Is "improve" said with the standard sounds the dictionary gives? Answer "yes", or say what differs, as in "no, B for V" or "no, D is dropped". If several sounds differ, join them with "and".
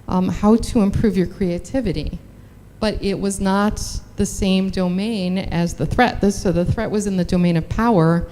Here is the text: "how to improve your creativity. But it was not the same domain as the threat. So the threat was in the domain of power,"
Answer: yes